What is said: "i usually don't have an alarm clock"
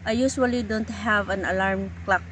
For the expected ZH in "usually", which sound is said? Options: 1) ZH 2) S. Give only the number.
2